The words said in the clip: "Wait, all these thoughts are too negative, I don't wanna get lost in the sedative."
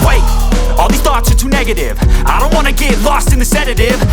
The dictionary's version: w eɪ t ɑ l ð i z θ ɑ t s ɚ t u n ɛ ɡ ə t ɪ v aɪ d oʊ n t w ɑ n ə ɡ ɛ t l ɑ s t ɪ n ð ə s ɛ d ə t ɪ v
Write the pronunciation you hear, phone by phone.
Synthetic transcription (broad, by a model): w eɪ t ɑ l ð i θ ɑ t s ɚ t u n ɛ ɡ ə t ɪ v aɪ d oʊ n t w ɑ n ə ɡ ɛ t l ɑ s t ɪ n ð ə s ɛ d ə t ɪ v